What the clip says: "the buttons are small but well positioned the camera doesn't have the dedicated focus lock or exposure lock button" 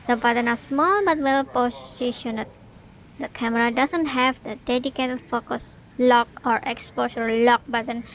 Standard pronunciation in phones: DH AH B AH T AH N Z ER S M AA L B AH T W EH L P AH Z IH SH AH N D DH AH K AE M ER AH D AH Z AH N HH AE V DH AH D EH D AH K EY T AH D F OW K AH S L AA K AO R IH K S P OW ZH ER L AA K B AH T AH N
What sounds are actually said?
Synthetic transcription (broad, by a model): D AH B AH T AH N AA S M AA L B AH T W EH L P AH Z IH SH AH N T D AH K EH M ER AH D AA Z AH N HH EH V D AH D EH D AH K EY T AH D F OW K AH S L AA K AO R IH K S P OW SH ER L AA K B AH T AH N